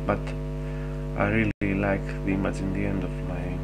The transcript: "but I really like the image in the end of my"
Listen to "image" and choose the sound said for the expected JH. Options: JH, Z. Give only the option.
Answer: Z